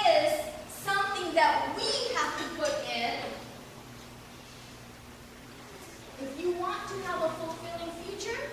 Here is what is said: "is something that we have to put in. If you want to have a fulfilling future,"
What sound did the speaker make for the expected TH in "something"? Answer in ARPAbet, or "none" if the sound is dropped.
TH